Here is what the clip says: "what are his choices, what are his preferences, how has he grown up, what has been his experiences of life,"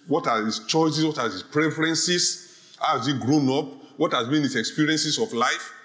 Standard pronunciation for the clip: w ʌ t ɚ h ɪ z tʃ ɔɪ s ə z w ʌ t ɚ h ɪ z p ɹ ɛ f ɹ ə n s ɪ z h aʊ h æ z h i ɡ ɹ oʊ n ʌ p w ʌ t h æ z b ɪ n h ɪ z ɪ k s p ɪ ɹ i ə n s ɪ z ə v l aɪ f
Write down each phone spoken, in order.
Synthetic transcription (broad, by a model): w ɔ t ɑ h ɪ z tʃ ɔɪ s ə s w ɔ t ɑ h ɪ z p ɹ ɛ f ɹ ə n s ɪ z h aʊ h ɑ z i ɡ ɹ oʊ n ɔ p w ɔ t h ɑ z b ɪ n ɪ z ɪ k s p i ɹ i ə n s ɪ s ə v l aɪ f